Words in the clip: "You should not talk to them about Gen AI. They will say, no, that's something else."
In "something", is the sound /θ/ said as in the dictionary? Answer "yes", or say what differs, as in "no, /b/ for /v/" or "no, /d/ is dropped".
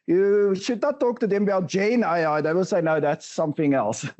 yes